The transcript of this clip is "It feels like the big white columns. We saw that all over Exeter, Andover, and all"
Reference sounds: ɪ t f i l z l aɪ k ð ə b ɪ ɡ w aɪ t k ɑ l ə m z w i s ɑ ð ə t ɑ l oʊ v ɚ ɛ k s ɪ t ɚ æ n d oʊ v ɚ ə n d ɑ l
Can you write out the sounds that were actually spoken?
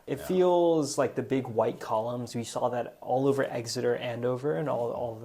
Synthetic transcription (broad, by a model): ɪ t f i l z l aɪ k ð ə b ɪ ɡ w aɪ t k ɑ l ə m z w i s ɑ ð ə t ɑ l oʊ v ɚ ɛ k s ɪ t ɚ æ n d oʊ v ɚ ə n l ɑ l